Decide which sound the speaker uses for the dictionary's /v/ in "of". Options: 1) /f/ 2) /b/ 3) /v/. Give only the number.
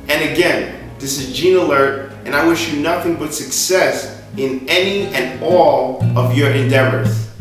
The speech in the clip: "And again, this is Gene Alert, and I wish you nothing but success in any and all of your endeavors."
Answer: 3